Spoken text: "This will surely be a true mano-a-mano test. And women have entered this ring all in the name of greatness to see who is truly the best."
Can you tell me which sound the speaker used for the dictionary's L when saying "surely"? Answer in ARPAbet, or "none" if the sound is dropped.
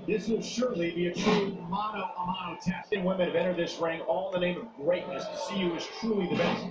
L